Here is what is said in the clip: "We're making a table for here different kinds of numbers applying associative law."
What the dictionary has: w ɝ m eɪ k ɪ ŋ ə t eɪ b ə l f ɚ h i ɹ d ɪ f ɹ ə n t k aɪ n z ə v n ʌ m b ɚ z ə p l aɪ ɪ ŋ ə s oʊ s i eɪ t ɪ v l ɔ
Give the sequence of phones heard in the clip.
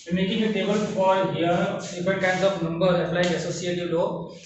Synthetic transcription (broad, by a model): m eɪ k ɪ ŋ ə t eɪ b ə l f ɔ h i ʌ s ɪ p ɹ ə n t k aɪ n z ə p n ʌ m b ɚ ə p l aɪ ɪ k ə s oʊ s i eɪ t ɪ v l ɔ